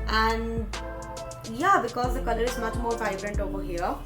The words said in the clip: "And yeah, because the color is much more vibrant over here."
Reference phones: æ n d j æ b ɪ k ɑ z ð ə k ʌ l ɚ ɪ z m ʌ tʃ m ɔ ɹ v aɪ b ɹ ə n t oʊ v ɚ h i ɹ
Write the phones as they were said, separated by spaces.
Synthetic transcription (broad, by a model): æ n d j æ b ɪ k ɑ z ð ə k ʌ l ɚ ɪ z m ʌ tʃ m ɔ ɹ f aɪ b ɹ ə n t oʊ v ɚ h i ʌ